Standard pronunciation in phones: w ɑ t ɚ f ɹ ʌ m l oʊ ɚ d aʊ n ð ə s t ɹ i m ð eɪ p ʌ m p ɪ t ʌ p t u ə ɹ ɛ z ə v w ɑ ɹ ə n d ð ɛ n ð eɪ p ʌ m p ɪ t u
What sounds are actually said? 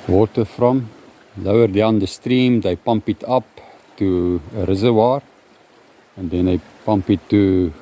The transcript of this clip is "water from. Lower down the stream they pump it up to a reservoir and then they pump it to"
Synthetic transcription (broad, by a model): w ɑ t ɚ f ɹ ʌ m l oʊ ɚ d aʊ n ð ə s t ɹ i m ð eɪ p ʌ m p ɪ t ʌ p t u ə ɹ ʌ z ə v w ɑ ɹ ə n d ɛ n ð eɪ p ʌ m p ɪ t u